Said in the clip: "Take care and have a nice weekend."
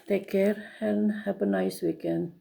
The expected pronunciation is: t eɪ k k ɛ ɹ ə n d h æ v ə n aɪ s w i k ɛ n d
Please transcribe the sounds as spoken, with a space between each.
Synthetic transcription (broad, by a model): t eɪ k k ɛ ɹ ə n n h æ p ə n aɪ s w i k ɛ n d